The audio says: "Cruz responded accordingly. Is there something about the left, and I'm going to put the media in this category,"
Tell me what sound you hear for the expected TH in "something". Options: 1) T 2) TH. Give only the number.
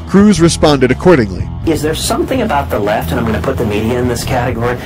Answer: 2